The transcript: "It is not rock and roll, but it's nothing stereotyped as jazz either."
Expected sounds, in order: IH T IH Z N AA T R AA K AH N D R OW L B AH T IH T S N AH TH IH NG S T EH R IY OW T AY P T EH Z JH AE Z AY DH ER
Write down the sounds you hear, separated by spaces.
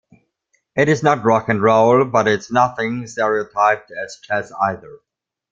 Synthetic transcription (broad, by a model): IH T IH Z N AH T R AA K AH N R OW L B AH T IH T S N AH TH IH NG S T EH R IY OW T AY P T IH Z CH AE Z AY DH ER